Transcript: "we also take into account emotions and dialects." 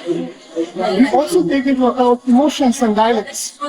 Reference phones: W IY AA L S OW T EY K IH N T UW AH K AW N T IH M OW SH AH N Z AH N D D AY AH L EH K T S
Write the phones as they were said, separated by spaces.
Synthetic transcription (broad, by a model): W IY AA L S OW T EY K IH T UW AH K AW T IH M OW SH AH N S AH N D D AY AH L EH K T S